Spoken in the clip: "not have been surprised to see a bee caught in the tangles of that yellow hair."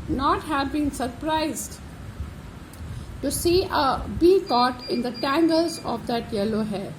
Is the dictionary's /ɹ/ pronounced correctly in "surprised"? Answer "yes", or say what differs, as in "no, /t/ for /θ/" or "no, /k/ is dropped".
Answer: yes